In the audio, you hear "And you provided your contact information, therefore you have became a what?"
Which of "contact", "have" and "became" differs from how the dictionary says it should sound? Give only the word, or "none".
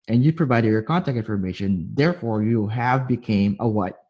none